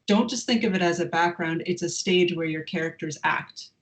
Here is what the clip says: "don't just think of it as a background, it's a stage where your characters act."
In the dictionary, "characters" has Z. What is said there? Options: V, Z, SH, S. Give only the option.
Z